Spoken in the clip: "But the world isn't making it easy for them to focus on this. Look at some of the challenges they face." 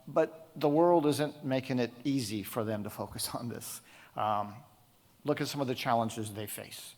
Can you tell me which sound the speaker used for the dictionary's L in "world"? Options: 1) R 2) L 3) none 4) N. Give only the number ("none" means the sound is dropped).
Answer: 2